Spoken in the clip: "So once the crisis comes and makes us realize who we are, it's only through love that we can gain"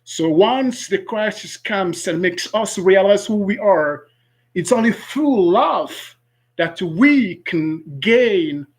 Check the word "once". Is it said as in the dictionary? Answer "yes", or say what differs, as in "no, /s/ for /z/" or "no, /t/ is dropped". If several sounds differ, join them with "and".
yes